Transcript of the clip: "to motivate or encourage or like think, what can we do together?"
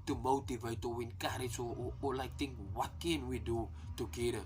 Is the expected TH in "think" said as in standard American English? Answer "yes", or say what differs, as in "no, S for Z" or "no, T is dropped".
no, T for TH